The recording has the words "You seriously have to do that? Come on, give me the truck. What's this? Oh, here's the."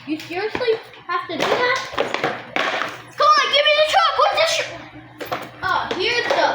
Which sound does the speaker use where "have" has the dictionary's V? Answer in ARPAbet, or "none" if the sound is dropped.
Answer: F